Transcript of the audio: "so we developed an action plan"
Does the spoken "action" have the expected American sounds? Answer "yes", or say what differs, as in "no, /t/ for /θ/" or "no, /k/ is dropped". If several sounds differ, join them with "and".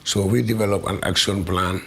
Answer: no, /s/ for /ʃ/